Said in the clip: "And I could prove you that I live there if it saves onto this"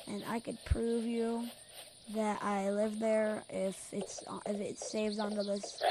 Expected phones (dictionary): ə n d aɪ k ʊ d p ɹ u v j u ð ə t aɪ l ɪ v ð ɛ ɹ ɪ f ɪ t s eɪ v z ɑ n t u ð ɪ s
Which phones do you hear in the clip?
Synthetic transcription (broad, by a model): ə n aɪ k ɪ d p ɹ u v j u ð ə t aɪ l ɪ v ð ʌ ɹ ɪ f ɪ t s eɪ v z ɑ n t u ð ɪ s